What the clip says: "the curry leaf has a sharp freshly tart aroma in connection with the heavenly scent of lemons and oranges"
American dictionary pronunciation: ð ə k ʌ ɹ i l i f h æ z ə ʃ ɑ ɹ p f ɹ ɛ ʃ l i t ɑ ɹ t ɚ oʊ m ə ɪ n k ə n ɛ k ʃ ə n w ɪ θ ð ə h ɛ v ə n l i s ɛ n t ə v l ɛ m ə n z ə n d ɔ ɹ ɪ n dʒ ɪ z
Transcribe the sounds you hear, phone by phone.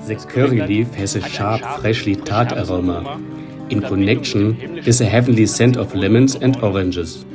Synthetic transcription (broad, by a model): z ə k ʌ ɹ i l i f h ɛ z ə ʃ ɑ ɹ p f ɹ ɛ ʃ l i t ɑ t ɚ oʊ m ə ɪ n k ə n ɛ k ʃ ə n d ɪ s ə h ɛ v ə n l i s ɛ n t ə f l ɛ m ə n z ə n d ɔ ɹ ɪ n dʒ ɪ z